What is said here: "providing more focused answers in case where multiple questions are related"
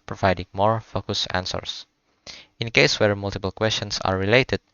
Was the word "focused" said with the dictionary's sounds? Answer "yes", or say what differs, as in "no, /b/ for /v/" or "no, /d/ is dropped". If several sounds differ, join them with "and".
no, /t/ is dropped